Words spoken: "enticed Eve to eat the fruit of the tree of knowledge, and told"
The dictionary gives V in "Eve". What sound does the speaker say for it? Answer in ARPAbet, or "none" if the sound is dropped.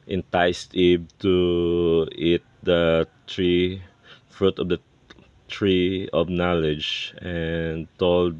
B